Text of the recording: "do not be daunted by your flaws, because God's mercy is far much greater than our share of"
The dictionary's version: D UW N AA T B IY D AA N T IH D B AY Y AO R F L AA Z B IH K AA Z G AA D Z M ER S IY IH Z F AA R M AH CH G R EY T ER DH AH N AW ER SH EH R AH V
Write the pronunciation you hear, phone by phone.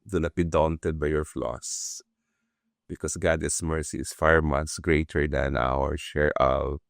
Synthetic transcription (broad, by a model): D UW N AA T B IY D AA N T IH D B AY Y AO R F L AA S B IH K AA S G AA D S M ER S IY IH S F AA R M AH S G R EY T ER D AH N AW ER SH EH R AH